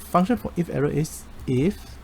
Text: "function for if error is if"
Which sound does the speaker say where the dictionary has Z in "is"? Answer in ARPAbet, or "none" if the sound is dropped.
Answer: S